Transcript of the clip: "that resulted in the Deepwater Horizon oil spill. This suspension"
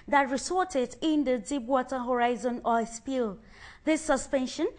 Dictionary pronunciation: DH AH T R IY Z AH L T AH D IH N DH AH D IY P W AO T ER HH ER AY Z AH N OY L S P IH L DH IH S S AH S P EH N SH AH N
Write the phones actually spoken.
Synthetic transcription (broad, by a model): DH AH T R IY S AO T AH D IH N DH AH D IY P W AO T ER HH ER AY Z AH N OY S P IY L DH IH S S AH S P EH N SH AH N